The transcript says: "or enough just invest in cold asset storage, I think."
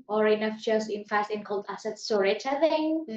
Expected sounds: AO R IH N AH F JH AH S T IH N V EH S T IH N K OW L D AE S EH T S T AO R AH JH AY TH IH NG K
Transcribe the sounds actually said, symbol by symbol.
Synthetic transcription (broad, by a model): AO R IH N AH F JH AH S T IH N F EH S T IH N K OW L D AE S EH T S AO R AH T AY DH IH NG